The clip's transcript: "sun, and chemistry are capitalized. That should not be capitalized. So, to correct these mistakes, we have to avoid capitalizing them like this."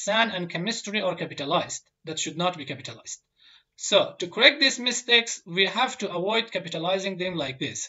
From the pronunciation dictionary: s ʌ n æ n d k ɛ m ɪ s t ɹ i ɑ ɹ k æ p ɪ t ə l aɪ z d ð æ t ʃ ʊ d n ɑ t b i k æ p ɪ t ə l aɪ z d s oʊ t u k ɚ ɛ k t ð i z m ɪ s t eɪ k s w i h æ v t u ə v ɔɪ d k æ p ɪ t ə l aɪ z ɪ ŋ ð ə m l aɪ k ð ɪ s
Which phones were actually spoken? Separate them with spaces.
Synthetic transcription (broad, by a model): s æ n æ n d k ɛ m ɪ s t ɹ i ɑ ɹ k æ p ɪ t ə l aɪ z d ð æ t ʃ ʊ d n ɑ t b i k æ p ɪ t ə l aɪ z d s oʊ t u k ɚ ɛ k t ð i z m ɪ s t eɪ k s w i h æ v t u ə w ɔɪ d k æ p ɪ t ə l aɪ z ɪ ŋ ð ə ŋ l aɪ k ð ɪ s